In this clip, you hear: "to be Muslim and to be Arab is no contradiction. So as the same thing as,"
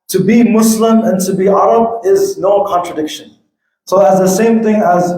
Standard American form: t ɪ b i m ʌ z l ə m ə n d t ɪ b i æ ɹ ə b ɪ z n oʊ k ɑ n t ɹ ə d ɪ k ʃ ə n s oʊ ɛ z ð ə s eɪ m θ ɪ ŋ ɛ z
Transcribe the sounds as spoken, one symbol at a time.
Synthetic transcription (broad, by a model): t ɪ b i m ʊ s l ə m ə n t ɪ b i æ ɹ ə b ɪ z n oʊ k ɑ n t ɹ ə d ɪ k ʃ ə n s oʊ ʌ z ð ə s eɪ m θ ɪ ŋ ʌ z